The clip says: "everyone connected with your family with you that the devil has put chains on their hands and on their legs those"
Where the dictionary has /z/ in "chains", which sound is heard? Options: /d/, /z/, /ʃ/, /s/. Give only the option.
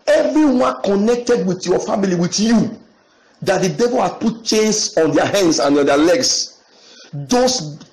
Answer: /s/